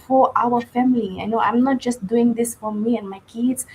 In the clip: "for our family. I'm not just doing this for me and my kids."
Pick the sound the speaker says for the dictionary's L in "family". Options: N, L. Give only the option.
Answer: N